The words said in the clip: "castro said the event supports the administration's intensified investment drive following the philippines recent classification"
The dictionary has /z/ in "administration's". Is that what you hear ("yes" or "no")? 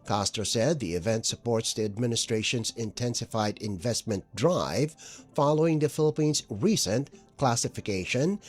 yes